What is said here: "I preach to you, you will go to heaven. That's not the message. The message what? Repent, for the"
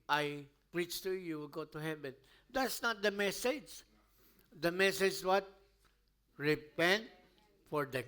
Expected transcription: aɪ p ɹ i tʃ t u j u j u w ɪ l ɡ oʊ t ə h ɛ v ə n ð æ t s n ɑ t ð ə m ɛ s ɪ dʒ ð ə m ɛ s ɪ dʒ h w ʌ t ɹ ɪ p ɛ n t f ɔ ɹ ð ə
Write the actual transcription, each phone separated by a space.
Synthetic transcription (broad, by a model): aɪ p ɹ i tʃ t u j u j u w ɪ l ɡ oʊ t ə h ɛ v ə n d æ t s n ɑ t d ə m ɛ s ɪ dʒ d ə m ɛ s ɪ dʒ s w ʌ t ɹ ɪ p ɛ n t f ɔ ɹ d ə